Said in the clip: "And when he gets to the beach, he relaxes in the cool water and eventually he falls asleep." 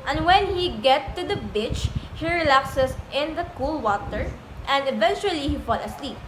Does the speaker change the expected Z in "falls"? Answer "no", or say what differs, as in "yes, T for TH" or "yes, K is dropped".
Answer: yes, Z is dropped